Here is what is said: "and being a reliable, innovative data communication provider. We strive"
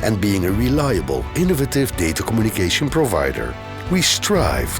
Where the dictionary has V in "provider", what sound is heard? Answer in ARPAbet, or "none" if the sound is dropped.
V